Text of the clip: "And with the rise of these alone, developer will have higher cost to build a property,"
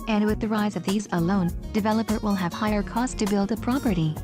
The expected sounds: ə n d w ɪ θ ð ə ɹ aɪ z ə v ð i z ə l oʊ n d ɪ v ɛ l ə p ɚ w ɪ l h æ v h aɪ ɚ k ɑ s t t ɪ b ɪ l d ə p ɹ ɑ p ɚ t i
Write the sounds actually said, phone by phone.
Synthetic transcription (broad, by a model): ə n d w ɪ ð ə ɹ aɪ z ə v ð i z ə l oʊ n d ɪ v ɛ l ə p ɚ w ɪ l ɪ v h aɪ ɚ k ɑ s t t ɪ b ɪ l d ə p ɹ ɑ p ɚ t i